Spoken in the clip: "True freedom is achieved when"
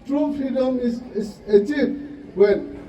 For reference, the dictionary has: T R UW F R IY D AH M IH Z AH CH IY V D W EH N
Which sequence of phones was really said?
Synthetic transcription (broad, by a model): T R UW F R IY D AH M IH S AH S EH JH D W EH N